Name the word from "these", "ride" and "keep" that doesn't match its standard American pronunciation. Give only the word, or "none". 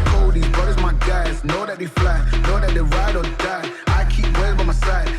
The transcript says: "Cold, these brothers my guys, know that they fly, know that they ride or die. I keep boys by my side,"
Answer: these